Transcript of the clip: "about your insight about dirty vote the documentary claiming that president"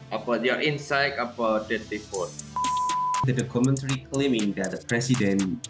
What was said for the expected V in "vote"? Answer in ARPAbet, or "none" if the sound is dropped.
F